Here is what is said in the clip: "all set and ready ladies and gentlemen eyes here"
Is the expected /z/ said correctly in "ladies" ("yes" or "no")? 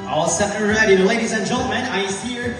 yes